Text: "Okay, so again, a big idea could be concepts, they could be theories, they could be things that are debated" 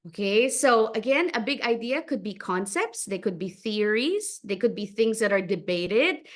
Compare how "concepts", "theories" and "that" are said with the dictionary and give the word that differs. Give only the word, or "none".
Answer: none